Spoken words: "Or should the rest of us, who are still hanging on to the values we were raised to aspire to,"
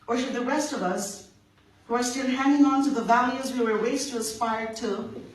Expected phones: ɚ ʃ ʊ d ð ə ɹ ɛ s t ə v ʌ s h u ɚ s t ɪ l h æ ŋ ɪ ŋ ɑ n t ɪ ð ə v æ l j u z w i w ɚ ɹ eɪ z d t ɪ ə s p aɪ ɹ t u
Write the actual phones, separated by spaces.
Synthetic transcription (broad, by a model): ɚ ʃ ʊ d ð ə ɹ ɛ s t ə v ʌ s h u ɚ s t ɪ l h æ ŋ ɪ ŋ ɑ n t ɪ ð ə v æ l j u z w i w ɚ w eɪ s t ɪ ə s p aɪ ɹ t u